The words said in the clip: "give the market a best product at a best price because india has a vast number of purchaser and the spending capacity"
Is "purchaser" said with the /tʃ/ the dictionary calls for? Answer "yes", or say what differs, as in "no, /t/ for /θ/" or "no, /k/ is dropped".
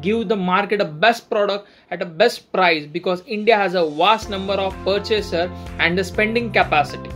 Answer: yes